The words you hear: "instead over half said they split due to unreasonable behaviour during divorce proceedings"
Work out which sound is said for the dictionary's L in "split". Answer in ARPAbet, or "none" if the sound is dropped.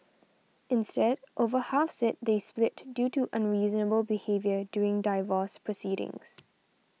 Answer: L